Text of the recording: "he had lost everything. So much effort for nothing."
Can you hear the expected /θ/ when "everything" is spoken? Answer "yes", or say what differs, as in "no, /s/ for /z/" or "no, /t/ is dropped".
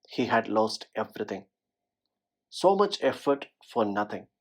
no, /t/ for /θ/